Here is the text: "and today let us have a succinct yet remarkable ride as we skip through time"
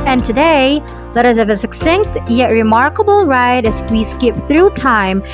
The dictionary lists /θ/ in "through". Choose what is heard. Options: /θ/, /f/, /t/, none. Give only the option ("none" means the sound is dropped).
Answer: /θ/